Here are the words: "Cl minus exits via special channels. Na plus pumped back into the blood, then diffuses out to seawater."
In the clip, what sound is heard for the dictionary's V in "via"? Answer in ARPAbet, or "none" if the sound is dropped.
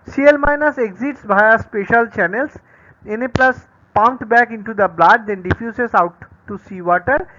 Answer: B